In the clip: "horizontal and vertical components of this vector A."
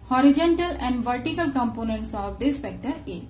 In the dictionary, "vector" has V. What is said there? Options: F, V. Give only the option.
F